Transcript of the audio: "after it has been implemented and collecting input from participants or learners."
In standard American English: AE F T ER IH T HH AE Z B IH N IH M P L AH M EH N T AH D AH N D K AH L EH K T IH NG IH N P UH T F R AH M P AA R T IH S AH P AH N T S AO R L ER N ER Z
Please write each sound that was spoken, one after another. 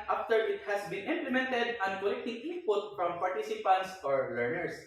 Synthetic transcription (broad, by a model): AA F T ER IH T HH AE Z B IH N IH M P L AH M EH N T AH D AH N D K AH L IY T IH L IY P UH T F R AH M P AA R T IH S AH P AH N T S AO R L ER N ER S